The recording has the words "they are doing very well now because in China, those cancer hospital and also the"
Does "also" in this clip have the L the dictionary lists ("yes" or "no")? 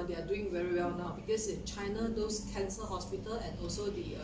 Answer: yes